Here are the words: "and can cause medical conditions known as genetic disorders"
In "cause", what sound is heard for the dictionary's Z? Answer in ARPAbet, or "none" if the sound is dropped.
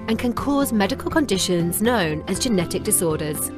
Z